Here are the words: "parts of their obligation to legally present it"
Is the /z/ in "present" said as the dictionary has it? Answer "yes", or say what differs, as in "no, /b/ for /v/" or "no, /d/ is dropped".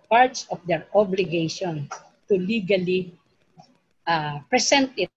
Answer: no, /s/ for /z/